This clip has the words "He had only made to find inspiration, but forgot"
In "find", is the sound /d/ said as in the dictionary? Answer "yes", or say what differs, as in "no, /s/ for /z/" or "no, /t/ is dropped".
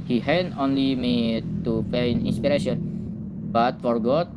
no, /d/ is dropped